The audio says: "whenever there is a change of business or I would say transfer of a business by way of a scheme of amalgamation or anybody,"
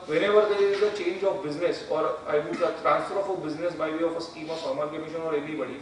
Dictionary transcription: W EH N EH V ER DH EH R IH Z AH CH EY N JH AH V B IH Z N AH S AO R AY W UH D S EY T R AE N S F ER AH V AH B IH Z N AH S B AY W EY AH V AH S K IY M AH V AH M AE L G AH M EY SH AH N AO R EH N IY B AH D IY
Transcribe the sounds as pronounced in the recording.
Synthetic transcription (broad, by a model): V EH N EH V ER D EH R IH Z AH CH EY N JH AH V B IH Z N AH S AO R AY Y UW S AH T R AE N S F ER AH F AH B IH Z N AH S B AY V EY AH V AH S K IY M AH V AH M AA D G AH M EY SH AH N AO R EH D IY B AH D IY